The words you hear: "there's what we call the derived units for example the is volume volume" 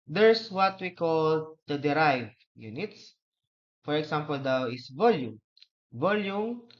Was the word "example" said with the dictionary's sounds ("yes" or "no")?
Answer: no